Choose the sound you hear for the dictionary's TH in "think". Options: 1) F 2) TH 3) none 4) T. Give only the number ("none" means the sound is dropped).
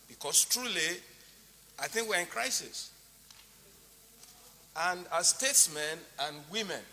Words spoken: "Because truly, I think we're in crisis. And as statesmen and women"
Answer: 2